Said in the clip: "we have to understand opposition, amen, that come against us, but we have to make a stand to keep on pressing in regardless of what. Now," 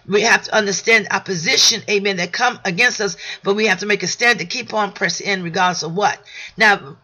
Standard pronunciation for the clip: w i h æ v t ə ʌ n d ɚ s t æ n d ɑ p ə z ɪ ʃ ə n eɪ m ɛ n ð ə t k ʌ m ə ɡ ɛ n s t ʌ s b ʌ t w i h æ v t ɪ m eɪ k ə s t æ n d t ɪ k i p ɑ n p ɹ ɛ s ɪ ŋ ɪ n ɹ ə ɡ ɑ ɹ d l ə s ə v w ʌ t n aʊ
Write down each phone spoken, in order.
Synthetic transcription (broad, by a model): w i h æ f t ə ʌ n d ɚ s t æ n d ɑ p ə z ɪ ʃ ə n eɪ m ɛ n ð ə t k ʌ m ə ɡ ɛ n s t ʌ s b ʌ t w i h æ f t ɪ m eɪ k ə s t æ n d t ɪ k i p n p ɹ ɛ s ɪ ɪ n ɹ ə ɡ ɑ ɹ d l ə s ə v w ʌ t n aʊ